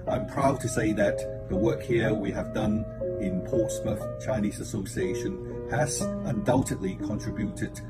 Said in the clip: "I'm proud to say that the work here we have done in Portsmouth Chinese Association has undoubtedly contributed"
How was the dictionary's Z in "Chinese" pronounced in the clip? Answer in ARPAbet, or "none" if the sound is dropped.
Z